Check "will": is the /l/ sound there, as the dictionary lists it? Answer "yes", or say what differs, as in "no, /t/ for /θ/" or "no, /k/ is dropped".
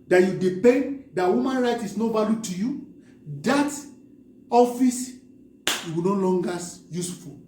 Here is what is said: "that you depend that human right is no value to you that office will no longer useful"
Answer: no, /w/ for /l/